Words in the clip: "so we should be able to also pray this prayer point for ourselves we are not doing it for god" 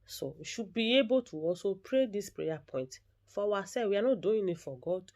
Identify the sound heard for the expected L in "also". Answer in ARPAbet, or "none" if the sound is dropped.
none